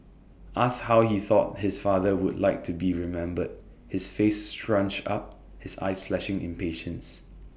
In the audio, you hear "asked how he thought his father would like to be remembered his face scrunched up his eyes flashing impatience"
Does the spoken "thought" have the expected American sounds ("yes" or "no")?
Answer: yes